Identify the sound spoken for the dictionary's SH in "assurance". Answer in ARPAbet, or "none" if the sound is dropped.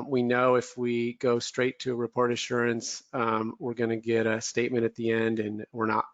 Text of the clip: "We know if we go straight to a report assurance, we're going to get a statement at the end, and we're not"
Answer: SH